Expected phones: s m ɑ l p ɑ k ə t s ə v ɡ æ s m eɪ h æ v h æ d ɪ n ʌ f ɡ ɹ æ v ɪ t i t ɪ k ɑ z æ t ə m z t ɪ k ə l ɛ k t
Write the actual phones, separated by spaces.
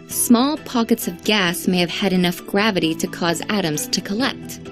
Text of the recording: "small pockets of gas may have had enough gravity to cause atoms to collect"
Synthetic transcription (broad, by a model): s m ɑ l p ɑ k ə t s ə v ɡ æ s m eɪ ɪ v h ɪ d ɪ n ʌ f ɡ ɹ æ v ɪ t i t ɪ k ɑ z æ t ə m z t ɪ k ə l ɛ k t